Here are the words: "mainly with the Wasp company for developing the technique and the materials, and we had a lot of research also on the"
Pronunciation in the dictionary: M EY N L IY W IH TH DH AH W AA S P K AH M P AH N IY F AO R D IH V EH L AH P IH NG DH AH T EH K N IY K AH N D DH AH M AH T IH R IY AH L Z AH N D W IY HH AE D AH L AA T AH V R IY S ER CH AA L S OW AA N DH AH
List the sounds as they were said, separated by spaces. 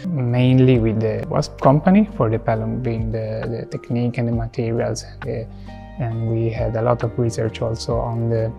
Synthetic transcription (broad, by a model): M EY N L IY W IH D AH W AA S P K AH M P AH N IY F AO R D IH P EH L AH B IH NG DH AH T EH K N IY K AH N D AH M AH T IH R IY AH L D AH N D W IY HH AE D AH L AA T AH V R IY S ER CH AA L S OW AA N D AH